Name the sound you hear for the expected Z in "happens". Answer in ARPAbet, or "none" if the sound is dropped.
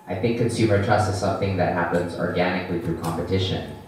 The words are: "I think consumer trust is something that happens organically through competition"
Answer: Z